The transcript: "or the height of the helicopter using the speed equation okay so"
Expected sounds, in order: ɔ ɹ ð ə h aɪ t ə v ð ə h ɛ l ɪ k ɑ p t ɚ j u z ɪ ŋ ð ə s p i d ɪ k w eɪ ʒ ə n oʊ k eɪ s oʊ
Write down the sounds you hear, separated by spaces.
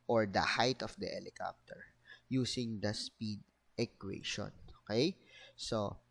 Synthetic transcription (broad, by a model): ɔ ɹ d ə h aɪ t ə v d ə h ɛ l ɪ k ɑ p t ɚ j u s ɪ ŋ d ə s p i d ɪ k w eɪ ʃ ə n oʊ k eɪ s oʊ